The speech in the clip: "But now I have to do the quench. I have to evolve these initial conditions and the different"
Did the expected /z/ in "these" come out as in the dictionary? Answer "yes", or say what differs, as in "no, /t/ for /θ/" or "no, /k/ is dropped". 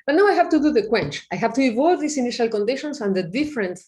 no, /s/ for /z/